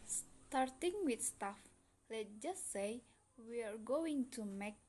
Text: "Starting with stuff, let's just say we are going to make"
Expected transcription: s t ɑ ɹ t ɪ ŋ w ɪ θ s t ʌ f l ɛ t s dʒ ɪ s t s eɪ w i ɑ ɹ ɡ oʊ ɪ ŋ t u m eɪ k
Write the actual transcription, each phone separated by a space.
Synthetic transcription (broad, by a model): s t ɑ ɹ t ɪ ŋ w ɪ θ s t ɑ f l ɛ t dʒ ɪ s t s eɪ w i ɑ ɹ ɡ oʊ ɪ ŋ t u m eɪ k